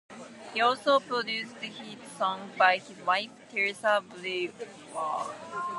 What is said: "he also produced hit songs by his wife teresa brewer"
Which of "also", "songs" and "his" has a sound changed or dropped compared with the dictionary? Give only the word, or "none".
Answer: songs